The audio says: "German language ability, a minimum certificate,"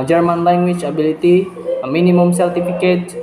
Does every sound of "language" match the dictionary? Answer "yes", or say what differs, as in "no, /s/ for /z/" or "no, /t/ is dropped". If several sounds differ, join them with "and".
no, /tʃ/ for /dʒ/